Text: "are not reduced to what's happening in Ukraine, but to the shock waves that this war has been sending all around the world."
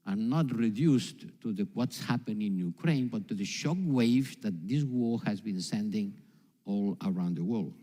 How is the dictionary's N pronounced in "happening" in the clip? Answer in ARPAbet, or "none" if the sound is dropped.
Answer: none